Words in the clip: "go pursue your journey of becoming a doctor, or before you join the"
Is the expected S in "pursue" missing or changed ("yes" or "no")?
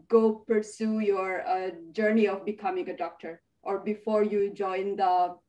no